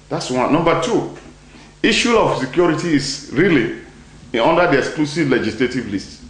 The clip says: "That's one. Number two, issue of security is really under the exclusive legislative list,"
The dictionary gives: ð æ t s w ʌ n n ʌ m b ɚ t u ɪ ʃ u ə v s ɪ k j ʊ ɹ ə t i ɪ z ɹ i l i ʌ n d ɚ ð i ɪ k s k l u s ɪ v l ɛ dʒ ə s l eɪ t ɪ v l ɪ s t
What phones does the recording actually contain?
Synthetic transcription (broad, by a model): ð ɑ t s w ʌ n n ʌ m b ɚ t u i ʃ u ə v s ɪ k j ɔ ɹ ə t i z ɹ i l i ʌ n d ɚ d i ɪ k s k l u s ɪ v l ɛ dʒ ə s l eɪ t ɪ v l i s t